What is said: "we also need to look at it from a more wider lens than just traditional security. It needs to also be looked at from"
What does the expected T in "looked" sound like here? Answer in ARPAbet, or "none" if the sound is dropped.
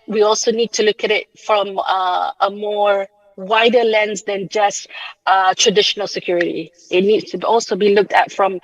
T